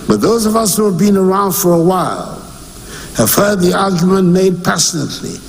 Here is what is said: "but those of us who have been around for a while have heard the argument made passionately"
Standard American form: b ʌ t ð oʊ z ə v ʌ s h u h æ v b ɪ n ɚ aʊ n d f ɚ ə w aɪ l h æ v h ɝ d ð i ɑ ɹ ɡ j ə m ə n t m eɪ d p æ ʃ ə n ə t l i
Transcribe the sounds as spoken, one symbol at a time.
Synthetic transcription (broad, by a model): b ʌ t ð oʊ z ə v ʌ s h u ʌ v b ɪ n ɚ aʊ n d f ɚ ə w aɪ l h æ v h ɝ d ð i ɑ ɹ ɡ j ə m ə n m eɪ d p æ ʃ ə n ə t l i